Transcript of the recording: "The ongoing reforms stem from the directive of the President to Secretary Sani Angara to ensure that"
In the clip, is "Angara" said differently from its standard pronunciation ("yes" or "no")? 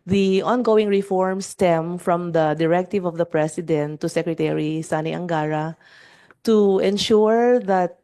no